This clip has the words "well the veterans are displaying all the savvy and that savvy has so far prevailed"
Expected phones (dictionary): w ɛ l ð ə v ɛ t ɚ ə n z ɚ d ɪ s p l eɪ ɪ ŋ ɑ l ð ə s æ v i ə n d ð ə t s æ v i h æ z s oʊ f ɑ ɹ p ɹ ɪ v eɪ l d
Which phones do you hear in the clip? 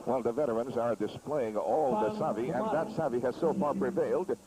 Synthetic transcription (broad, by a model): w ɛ l ð ə v ɛ t ɚ ə n z ɚ d ɪ s p l eɪ ɪ ŋ ɑ l ð ə s æ v i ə n ð ə t s æ v i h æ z s oʊ f ɑ ɹ p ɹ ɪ v eɪ l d